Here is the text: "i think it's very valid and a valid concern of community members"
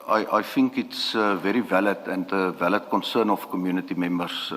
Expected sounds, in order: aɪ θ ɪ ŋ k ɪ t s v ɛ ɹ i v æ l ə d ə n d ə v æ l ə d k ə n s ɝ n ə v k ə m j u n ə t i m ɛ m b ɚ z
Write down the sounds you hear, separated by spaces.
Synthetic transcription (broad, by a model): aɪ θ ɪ ŋ k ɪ t s v ɛ ɹ i v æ l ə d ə n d ə v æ l ə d k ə n s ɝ n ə f k ə m j u n ə t i m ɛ m b ɚ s